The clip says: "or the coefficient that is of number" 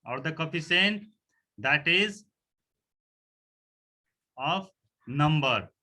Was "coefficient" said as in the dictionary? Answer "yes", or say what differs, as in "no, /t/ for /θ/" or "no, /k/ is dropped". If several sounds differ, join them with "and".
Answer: no, /s/ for /ʃ/